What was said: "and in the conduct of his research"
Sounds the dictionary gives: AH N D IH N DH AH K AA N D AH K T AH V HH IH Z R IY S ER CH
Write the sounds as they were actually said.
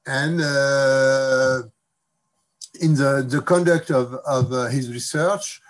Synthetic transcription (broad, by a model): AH N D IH N DH AH K AA N D AH K T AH V HH IH Z R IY S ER CH